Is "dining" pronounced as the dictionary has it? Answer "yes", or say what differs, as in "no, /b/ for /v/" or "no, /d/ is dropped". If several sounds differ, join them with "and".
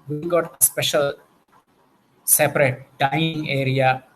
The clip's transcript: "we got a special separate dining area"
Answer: no, /n/ is dropped